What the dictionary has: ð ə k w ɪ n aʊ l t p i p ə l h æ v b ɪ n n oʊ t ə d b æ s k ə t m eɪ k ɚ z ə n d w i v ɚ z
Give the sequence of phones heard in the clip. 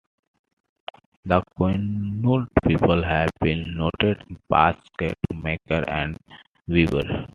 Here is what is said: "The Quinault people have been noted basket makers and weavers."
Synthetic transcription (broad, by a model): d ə k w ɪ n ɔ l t p i p ə l h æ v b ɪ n n oʊ t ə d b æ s k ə t m eɪ k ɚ ə n d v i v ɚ